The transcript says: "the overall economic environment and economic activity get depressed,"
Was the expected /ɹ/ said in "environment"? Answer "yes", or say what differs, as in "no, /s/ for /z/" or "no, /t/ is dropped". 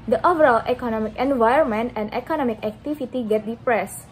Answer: no, /ɹ/ is dropped